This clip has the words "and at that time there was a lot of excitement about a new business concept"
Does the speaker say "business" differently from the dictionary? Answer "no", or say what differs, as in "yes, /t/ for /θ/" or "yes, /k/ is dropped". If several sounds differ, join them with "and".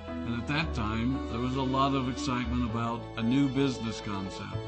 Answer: no